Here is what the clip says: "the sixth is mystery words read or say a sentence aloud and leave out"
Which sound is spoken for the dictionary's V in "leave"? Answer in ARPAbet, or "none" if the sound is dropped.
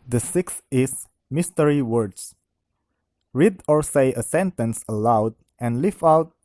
F